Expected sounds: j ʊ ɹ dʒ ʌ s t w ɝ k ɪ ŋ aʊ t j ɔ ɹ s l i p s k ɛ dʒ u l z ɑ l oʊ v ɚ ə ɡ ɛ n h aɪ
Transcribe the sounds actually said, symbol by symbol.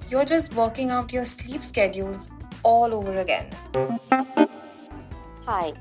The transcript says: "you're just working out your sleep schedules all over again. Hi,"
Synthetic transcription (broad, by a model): j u ɹ dʒ ʌ s t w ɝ k ɪ ŋ aʊ t j ɔ ɹ s l i p s k ɛ dʒ u l z ɑ l oʊ v ɚ ə ɡ ɛ n h aɪ